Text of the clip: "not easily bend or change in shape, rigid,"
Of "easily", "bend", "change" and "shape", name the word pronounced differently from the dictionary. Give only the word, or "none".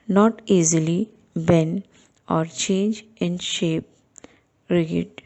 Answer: bend